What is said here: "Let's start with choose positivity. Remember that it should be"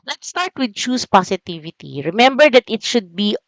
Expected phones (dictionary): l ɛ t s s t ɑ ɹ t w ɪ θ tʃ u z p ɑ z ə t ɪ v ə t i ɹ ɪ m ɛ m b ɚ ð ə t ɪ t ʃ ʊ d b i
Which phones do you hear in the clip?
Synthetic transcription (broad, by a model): l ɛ t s s t ɑ ɹ t w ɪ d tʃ u s p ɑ s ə t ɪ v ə t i ɹ ɪ m ɛ m b ɚ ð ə t ɪ t ʃ ʊ d b i